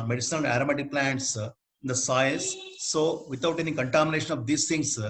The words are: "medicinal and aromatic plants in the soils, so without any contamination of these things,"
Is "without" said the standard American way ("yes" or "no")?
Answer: no